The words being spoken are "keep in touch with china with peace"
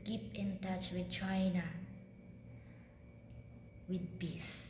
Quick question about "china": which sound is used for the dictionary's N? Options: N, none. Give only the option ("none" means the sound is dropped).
N